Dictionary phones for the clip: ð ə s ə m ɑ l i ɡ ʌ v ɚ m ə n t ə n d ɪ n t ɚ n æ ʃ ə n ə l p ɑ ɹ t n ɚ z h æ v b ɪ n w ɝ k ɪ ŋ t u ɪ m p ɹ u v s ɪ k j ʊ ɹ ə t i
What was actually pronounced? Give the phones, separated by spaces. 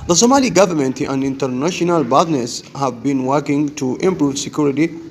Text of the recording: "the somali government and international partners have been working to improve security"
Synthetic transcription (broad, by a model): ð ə s ə m ɑ l i ɡ ʌ v ɚ m ə n t ə n d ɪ n t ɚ n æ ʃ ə n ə l b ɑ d n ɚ s h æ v b ɪ n w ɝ k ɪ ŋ t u ɪ m p ɹ u v s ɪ k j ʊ ɹ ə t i